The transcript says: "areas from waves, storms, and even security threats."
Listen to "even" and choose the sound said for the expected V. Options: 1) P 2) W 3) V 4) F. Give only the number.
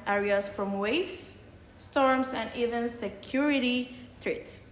3